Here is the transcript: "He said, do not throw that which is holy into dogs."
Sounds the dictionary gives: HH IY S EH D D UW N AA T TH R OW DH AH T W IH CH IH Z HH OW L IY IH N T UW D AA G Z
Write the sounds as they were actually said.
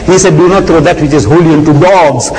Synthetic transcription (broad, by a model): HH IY S EH D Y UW N AA T T R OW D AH T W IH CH IH Z HH OW L IY IH N T UW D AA G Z